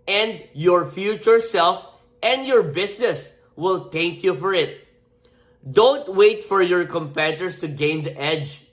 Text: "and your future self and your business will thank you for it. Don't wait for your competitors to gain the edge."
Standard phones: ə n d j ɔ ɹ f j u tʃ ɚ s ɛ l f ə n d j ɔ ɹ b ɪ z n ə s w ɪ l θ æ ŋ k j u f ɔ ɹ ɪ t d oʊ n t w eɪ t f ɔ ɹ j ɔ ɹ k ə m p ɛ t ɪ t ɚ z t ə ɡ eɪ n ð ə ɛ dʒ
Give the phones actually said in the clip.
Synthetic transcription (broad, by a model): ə n d j ɔ ɹ f j u tʃ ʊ s ɛ l f ə n d j ɔ ɹ b ɪ s n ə s w ɪ l t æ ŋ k j u f ɔ ɹ ɪ t d oʊ n t w eɪ t f ɔ ɹ j ɔ ɹ k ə m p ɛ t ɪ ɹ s t ə ɡ eɪ n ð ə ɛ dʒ